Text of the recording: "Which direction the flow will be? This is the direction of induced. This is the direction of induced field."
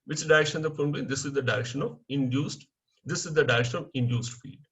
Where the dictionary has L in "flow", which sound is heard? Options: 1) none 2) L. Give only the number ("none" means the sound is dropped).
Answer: 1